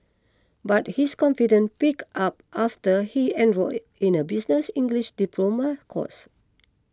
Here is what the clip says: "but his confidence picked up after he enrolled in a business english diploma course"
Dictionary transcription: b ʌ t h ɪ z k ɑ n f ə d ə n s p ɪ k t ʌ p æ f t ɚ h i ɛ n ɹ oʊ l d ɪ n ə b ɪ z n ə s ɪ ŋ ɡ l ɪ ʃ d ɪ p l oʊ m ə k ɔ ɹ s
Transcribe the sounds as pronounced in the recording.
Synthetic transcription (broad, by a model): b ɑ t h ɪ s k ɑ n f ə d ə n p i k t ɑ p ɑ f t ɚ h i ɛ n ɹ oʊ ɪ n ə b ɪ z n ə s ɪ ŋ ɡ l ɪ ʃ d ɪ p l oʊ m ə k ɔ s